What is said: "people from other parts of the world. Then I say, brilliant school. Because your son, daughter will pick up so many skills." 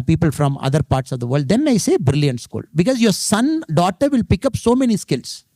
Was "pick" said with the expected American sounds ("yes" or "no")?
yes